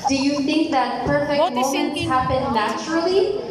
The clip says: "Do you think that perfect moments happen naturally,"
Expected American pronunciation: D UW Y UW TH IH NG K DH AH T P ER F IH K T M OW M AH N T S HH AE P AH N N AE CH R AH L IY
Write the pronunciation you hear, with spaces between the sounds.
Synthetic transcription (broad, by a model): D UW Y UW TH IH NG K DH AH T P ER F IH K T M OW M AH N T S HH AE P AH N N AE CH R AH L IY